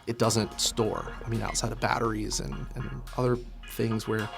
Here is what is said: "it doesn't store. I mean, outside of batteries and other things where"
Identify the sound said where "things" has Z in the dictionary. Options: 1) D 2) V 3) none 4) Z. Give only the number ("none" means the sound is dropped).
4